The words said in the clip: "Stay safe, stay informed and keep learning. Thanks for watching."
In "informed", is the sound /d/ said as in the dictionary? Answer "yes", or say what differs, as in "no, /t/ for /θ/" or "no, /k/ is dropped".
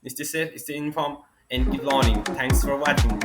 no, /d/ is dropped